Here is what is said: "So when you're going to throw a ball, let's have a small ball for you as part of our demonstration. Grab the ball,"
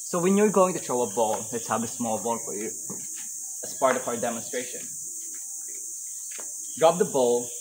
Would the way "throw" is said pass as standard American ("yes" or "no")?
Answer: no